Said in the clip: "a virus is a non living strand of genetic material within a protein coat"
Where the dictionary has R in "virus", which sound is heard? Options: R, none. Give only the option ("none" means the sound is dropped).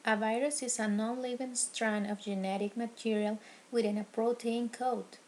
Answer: R